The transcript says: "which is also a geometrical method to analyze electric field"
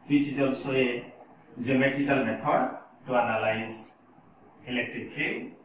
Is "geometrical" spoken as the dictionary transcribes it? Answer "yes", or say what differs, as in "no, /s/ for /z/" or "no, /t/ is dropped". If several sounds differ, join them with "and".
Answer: no, /ɹ/ is dropped